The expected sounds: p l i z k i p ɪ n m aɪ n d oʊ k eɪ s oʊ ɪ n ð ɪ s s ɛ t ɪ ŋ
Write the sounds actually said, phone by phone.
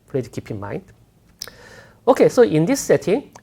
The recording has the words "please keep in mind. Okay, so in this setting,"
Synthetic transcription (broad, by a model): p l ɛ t k i p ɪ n m aɪ n d oʊ k eɪ s oʊ ɪ n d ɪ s s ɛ t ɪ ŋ